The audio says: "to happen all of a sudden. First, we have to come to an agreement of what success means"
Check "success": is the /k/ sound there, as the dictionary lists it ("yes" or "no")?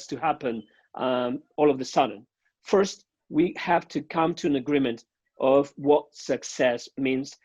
yes